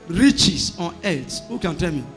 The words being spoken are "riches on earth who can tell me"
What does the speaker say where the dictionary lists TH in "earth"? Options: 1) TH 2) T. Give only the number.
2